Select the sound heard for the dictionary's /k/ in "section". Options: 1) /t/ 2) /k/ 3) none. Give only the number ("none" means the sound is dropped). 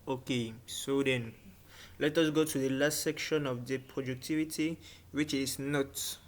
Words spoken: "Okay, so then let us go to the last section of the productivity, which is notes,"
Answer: 2